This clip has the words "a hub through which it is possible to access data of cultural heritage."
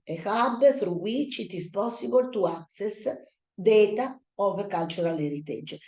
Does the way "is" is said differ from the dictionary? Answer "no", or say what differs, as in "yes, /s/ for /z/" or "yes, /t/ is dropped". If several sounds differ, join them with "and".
yes, /s/ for /z/